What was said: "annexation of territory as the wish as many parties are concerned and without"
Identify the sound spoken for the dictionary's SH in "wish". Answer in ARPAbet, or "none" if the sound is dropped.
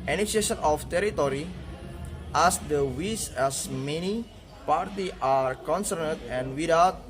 S